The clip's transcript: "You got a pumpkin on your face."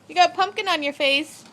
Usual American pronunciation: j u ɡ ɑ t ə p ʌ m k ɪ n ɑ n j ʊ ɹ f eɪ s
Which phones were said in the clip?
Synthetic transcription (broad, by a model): j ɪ ɡ ɑ t p ʌ m k ɪ n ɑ n j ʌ ɹ f eɪ s